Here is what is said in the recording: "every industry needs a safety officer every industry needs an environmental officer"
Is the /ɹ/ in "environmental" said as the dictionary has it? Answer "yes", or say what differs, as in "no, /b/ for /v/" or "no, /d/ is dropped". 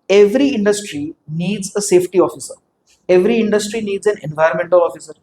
no, /ɹ/ is dropped